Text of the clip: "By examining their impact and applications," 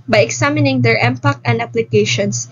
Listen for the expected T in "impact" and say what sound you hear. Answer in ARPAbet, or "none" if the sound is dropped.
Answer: none